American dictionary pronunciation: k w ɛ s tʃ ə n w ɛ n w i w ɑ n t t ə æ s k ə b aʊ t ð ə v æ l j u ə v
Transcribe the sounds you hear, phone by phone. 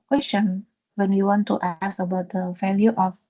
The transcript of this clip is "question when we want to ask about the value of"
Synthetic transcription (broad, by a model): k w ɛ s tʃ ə n w ɛ n w i w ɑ n t t ə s ə b aʊ t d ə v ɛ l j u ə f